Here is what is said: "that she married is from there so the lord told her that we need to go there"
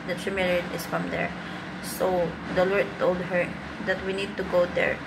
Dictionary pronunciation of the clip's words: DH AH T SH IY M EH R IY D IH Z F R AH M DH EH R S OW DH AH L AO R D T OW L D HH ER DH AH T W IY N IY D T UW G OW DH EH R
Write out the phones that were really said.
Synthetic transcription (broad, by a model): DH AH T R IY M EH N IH S F R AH M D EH R S OW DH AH L AO R D T OW L D HH ER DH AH T W IY N IY D T UW G OW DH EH R